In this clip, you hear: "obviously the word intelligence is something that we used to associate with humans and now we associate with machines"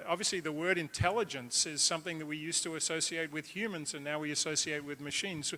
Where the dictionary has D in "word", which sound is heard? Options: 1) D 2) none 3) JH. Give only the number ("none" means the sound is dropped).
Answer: 1